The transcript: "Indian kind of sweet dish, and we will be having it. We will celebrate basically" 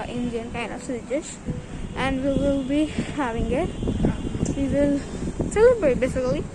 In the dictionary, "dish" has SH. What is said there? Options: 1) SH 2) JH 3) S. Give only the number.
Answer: 3